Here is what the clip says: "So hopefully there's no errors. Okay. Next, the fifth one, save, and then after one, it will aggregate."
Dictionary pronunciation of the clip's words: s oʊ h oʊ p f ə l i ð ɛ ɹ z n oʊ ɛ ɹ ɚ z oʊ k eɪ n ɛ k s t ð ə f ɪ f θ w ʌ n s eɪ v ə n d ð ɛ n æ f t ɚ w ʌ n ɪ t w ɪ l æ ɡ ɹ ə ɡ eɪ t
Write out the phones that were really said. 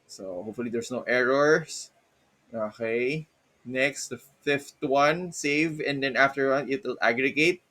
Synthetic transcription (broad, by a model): s oʊ h oʊ p f ə l i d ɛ ɹ s n oʊ ɛ ɹ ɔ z oʊ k eɪ n ɛ k s t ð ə f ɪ f t w ʌ n s eɪ v ə n d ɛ n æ f t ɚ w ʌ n ɪ t w ɪ l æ ɡ ɹ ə ɡ eɪ t